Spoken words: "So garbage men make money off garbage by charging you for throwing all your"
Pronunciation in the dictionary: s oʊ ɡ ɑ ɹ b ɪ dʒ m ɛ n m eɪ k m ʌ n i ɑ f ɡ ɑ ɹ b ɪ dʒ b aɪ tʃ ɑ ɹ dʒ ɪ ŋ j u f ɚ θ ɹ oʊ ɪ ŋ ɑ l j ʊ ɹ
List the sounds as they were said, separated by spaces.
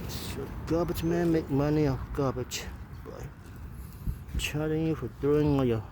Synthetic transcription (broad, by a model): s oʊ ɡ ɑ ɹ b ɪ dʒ m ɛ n m eɪ k m ʌ n i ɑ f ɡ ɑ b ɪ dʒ b aɪ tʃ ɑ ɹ ɪ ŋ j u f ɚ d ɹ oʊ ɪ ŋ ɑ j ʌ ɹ